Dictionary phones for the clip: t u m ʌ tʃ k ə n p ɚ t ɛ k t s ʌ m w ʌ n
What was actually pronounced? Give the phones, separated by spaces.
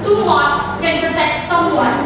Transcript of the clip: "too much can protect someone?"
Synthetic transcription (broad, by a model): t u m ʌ s k ə n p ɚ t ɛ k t s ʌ m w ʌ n